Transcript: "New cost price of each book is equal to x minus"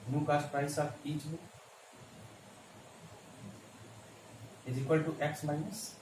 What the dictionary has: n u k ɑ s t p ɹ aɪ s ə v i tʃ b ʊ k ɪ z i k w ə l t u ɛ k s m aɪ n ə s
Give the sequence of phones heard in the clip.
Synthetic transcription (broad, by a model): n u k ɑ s p ɹ aɪ s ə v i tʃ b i ɪ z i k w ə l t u ɛ k s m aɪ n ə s